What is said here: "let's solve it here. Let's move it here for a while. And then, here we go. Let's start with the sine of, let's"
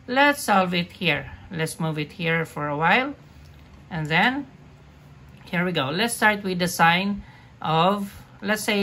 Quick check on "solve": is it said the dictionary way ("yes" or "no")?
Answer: yes